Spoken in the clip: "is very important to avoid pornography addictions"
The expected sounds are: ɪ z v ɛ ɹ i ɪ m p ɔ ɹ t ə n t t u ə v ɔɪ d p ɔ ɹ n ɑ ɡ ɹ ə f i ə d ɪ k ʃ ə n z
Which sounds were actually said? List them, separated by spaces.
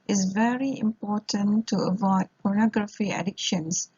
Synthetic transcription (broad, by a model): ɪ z v ɛ ɹ i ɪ m p ɔ ɹ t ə n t t u ə v ɔɪ d p ɔ ɹ n ɑ ɡ ɹ ə f i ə d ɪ k ʃ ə n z